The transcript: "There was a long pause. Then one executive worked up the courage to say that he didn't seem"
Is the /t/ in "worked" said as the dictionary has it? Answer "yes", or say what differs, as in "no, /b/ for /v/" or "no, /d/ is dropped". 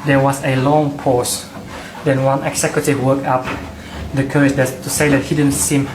no, /t/ is dropped